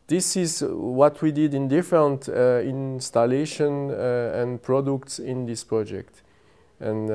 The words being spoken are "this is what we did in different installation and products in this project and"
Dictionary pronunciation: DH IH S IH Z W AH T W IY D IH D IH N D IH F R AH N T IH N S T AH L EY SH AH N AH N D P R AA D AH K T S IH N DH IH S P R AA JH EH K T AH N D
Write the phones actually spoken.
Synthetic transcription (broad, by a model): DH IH S IH Z W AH T W IY D IH D IH N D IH F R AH N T IH N S T AH L EY SH AH N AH N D P R AA D AH K T S IH N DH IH S P R AA JH EH K T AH N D